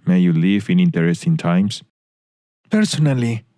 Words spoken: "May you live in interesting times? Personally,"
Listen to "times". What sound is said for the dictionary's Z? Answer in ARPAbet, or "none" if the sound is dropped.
S